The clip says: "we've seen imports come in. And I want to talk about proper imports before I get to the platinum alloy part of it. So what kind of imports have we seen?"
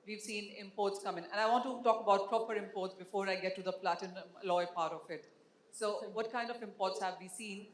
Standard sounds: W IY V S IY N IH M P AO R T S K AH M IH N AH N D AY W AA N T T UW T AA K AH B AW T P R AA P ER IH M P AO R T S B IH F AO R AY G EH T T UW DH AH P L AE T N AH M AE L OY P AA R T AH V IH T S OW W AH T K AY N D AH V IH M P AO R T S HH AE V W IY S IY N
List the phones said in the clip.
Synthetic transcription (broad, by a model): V IY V S IY N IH M P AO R T S K AH M IH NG AH N D AY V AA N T T UW T AA K AH B AW T P R AA P ER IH M P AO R T S B IH F AO R AY G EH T T UW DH AH P L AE T AH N L OY P AA R T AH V IH T S OW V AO T K AY N D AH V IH M P AO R T S HH AE V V IY S IY N